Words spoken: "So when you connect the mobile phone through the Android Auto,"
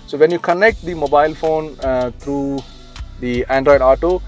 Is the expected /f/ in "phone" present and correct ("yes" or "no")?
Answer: yes